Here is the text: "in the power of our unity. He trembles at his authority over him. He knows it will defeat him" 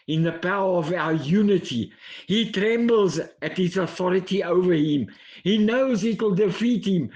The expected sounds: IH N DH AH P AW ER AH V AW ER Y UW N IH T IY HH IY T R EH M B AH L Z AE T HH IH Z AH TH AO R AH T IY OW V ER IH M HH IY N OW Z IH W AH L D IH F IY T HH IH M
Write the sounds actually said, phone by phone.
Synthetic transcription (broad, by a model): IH N DH AH P AW ER AH V AW ER Y UW N IH T IY HH IY T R EH M B L Z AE T HH IH Z AH TH AO R AH T IY OW V ER IH M HH IY N OW Z IH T L D IH F IY T HH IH M